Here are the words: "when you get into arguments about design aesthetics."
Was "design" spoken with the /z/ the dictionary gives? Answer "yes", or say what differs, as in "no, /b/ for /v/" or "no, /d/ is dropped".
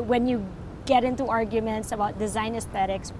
yes